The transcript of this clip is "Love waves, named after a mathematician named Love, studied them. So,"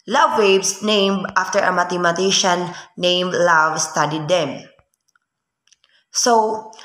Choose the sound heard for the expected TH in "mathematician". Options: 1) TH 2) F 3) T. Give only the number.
3